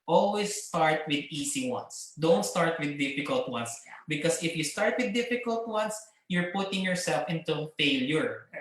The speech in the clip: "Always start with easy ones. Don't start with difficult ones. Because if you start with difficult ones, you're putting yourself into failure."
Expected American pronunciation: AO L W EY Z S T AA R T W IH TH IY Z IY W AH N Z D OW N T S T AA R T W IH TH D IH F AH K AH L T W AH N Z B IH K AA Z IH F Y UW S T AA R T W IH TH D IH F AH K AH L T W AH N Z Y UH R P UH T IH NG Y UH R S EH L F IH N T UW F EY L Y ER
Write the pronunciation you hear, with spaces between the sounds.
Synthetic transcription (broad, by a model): AO L W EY S T AA R T W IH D IY S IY W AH N S D OW N T S T AA R T W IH D IH F AH K AH L T W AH N S B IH K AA S IH F Y UW S T AA R T W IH D IH F AH K AH L T W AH N S Y UH R P UH T IH NG Y UH R S EH L F IH N T UW F EY L Y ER